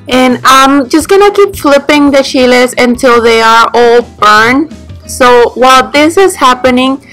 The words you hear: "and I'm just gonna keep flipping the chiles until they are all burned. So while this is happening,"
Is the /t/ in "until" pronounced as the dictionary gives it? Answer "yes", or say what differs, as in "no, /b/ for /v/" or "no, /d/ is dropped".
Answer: yes